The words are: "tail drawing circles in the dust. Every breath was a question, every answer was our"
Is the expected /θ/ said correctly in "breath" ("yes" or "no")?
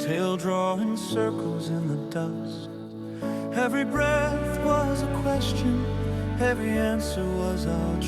yes